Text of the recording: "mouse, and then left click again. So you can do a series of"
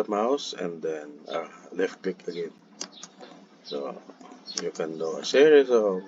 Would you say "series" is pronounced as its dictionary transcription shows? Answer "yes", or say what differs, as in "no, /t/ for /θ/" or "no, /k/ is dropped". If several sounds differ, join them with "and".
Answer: no, /s/ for /z/